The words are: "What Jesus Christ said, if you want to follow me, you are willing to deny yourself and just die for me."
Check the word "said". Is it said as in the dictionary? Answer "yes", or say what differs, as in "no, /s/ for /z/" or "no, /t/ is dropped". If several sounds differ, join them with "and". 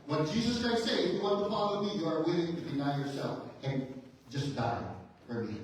no, /d/ is dropped